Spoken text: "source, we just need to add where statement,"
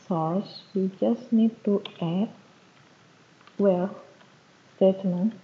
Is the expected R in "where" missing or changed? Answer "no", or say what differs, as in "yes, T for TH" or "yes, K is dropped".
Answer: yes, L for R